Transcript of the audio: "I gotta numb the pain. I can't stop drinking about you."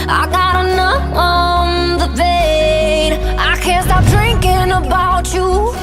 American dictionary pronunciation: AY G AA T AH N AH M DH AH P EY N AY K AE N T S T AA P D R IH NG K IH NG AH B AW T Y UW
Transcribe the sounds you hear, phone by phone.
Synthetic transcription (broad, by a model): AY G AA T AH N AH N DH AH B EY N AY K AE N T S T AA P D R IH NG K IH NG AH B AW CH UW